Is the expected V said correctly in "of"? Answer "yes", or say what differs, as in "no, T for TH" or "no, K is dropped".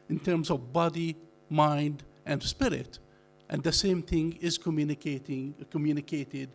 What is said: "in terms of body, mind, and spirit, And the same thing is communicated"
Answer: yes